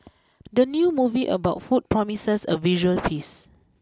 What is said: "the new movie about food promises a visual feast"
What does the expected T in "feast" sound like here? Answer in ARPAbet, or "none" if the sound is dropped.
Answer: none